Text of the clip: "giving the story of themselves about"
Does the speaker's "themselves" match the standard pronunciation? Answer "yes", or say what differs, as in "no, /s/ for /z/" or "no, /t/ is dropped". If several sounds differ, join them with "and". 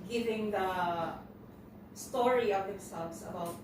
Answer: no, /s/ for /z/